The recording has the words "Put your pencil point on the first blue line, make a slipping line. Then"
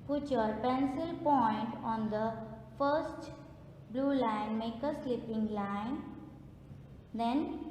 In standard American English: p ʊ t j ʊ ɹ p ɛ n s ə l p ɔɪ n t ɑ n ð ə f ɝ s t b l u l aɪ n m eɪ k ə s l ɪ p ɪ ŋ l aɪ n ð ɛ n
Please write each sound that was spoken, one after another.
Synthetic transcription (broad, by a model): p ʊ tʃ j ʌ ɹ p ɛ n s ə l p ɔɪ n t ɑ n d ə f ɝ s t b l u l aɪ n m eɪ k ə s l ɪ p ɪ ŋ l aɪ n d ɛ n